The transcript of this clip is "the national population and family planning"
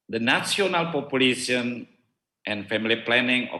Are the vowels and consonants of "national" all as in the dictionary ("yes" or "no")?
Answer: no